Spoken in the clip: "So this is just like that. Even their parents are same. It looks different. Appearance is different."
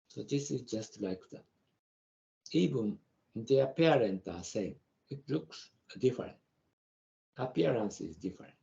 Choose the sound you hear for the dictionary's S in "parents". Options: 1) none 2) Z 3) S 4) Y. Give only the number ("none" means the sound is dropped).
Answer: 1